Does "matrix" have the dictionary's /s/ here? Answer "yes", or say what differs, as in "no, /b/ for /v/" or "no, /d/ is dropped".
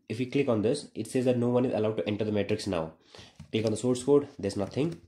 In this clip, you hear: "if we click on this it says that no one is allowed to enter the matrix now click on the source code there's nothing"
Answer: yes